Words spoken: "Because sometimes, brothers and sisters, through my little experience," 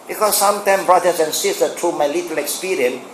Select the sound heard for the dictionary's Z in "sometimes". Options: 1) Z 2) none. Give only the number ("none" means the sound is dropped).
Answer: 2